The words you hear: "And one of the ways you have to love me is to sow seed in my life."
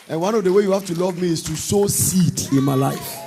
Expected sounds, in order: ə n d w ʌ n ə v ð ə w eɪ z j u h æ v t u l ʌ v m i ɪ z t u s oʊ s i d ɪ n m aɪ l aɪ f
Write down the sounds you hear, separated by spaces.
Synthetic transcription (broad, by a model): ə n w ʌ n ə v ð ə w eɪ j u h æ f t u l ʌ v m i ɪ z t u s oʊ s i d ɪ n m aɪ l aɪ f